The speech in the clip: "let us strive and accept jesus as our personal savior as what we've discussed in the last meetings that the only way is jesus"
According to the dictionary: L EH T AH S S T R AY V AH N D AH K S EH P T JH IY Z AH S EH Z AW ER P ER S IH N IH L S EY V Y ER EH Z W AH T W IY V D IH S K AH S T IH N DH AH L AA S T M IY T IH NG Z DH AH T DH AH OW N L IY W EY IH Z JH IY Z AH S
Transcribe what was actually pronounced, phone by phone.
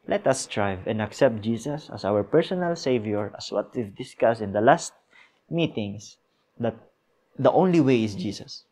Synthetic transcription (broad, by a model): L EH T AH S S T R AY V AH N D AH K S EH P T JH IY S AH S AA S AW ER P ER S IH N IH L S EY V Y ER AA S W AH T W IY V D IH S K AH S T IH N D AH L AA S T M IY T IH NG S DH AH T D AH OW N L IY W EY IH S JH IY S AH S